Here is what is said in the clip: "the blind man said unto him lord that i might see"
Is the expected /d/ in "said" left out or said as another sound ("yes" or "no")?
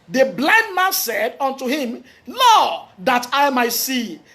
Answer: no